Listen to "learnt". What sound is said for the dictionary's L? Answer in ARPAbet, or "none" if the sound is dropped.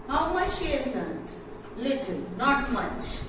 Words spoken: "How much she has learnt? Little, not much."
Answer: N